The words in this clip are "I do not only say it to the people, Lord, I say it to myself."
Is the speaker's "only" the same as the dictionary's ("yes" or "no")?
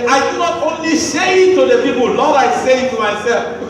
yes